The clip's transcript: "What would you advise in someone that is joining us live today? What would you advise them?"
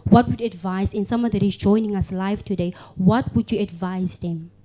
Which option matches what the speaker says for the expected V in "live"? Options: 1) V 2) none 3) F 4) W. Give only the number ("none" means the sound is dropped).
3